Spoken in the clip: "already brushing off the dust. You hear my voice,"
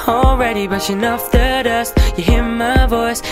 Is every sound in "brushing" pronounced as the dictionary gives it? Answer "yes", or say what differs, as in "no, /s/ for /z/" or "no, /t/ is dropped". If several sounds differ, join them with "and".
no, /ɹ/ is dropped